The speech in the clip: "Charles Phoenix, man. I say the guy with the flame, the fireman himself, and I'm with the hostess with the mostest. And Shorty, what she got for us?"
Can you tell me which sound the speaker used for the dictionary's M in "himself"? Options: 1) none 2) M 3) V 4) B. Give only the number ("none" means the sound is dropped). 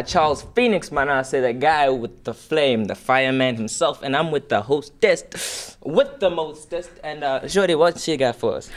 2